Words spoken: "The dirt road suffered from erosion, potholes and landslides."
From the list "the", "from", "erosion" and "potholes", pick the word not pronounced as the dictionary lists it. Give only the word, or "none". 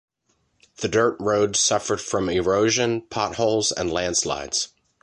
none